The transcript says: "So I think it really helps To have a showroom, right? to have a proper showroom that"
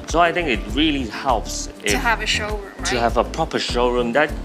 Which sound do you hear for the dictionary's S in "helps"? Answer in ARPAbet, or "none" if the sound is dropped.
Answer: S